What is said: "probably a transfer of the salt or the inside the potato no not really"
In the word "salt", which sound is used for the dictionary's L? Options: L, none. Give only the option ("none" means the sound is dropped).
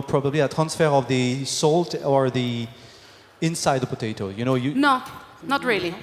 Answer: L